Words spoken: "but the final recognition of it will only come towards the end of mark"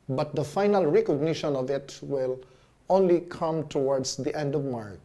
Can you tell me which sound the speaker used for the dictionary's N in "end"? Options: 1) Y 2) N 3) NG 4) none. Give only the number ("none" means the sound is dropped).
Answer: 2